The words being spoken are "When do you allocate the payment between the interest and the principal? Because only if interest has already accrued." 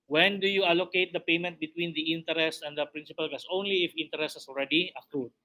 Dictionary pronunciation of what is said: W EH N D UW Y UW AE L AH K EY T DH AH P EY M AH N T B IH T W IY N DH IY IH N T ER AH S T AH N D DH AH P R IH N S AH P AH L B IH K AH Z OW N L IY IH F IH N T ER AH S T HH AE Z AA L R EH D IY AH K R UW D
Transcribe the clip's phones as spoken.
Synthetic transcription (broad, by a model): W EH N D UW Y UW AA L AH K EY T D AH P EY M AH N T B IH T W IY N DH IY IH N T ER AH S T AH N D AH P R IH N S AH P AH L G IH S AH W N L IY IH F IH N T ER AH S T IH S AA L R EH D IY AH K R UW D